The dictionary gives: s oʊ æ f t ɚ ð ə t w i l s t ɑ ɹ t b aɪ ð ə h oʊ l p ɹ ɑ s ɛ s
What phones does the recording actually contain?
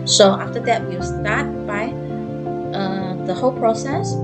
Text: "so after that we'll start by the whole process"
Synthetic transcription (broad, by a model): s oʊ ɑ f t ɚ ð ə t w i w s t ɑ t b aɪ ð ə h oʊ l p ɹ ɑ s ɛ s